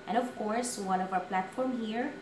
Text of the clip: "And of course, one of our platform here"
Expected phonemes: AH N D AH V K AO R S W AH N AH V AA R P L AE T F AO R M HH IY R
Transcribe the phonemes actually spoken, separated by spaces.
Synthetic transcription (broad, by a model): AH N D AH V K AO R S W AH N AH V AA W P L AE T F AO R M HH IY R